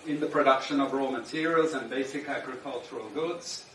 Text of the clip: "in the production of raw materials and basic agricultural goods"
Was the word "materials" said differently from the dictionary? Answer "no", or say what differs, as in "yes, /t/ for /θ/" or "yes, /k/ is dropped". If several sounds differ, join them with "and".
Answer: no